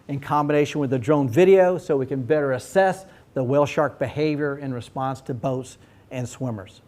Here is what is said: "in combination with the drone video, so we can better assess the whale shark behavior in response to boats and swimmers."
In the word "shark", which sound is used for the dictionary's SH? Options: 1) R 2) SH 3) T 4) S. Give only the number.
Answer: 2